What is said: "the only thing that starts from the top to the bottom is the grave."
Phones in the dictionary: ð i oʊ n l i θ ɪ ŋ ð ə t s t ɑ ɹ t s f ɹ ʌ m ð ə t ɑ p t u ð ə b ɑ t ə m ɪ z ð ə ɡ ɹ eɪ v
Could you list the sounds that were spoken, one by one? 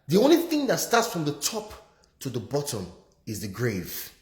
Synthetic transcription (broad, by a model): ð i oʊ n l i θ ɪ ŋ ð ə t s t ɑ t s f ɹ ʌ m ð ə t ɑ p t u ð ə b ɑ t ə m ɪ z ð ə ɡ ɹ eɪ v